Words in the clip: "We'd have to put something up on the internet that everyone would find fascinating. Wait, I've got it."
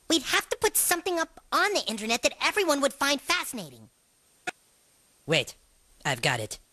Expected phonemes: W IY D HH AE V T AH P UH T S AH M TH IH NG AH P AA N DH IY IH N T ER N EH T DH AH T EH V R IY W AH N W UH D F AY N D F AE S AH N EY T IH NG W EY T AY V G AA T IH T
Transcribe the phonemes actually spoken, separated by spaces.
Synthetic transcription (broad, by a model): W IY D HH AE F T AH P UH T S AH M TH IH NG AH P N DH IY IH N T ER N EH T DH AH T EH V R IY W AH N W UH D F AY N D F AE S AH N EY T IH NG W EY T AY V G AA T IH T